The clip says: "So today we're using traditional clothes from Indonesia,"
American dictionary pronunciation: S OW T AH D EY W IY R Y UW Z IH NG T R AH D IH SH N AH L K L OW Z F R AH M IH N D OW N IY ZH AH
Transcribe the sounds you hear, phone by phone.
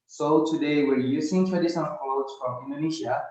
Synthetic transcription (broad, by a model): S OW T AH D EY W IY R Y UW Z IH NG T AH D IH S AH N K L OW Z F R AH M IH N D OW N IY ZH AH